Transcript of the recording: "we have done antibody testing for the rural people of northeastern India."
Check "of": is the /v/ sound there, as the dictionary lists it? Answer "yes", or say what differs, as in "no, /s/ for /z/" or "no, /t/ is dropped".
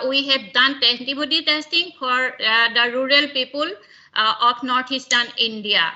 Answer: no, /p/ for /v/